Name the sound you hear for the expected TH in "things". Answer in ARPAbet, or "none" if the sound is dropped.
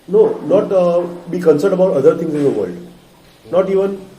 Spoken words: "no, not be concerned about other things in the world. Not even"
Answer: T